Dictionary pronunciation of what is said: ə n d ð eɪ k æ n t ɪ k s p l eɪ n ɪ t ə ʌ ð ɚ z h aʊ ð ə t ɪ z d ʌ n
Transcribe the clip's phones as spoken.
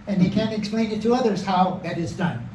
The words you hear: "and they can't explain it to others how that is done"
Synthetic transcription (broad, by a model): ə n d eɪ k æ n t ɪ k s p l eɪ n ɪ t ə ʌ ð ɚ z h aʊ ð ə t ɪ z d ʌ n